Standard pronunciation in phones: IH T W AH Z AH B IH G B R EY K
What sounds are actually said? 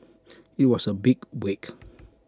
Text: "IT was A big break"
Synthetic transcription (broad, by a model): IH T W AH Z AH B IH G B EY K